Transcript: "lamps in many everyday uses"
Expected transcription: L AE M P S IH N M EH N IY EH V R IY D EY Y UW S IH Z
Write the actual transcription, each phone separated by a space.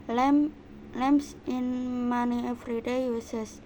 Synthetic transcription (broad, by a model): L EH M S IH N M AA N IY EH F R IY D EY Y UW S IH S